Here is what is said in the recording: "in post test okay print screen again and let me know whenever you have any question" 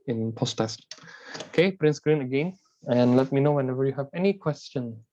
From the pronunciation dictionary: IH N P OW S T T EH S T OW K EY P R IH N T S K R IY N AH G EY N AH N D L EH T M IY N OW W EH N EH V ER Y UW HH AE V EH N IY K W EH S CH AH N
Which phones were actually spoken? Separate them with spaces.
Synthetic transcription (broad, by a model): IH N P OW S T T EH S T OW K EY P R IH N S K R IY N AH G EY N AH N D L EH T M IY N OW W EH N EH V ER Y UW HH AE V EH N IY K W EH S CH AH N